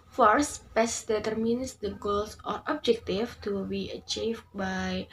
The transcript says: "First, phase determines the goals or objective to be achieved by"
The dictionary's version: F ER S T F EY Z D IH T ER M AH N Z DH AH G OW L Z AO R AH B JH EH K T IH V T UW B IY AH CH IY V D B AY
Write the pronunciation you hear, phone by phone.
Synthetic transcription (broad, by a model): F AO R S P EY S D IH T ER M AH N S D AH G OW L S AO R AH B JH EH K T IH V T UW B IY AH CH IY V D B AY